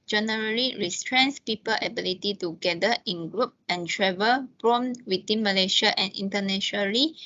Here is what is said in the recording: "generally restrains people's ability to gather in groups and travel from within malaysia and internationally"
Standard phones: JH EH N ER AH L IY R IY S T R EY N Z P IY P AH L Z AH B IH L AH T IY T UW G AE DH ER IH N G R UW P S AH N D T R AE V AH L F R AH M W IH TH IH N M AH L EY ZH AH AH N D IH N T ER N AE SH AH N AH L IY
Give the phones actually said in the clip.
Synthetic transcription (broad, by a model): JH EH N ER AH L IY R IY S T R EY N S P IY P AH L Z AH B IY L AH T IY T UW G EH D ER IH N G R UW P AH N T R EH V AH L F R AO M W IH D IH N M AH L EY SH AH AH N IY N T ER N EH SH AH N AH L IY